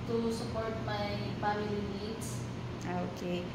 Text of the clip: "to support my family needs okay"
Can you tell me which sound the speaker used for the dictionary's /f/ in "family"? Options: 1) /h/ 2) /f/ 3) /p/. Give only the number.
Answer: 3